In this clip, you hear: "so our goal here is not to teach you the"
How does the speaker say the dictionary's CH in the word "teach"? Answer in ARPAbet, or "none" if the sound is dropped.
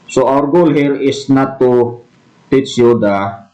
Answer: S